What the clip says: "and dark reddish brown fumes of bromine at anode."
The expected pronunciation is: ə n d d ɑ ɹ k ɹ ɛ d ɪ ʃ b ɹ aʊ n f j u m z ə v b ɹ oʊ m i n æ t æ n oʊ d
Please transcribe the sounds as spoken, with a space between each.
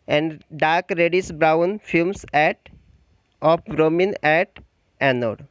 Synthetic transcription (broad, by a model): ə n d d ɑ ɹ k ɹ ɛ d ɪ s b ɹ aʊ n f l m s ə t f ɹ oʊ m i n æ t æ n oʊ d